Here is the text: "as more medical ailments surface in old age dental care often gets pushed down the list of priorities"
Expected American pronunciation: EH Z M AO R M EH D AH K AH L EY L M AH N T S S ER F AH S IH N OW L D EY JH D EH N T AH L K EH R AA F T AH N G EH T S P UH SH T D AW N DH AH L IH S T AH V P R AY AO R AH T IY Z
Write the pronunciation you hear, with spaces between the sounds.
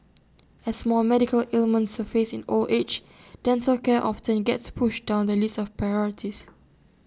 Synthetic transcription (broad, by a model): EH S M AO L M EH D AH K AH L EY L M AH N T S S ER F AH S IH N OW L EY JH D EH N S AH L K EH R AA F T AH N G EH T S P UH SH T D AW N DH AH L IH S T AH F P R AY AO R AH T IY S